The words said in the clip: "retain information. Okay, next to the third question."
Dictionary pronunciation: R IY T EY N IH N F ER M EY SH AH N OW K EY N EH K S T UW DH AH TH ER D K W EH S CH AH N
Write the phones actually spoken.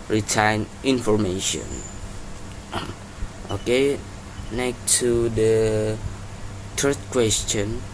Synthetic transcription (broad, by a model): R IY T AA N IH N F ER M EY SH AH N OW K EY N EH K T UW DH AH T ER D K W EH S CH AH N